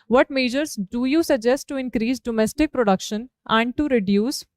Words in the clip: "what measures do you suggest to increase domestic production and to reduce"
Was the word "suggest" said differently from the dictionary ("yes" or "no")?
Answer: no